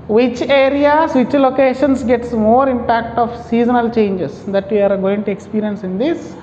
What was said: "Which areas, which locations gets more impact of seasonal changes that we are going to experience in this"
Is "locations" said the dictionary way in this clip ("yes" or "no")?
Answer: no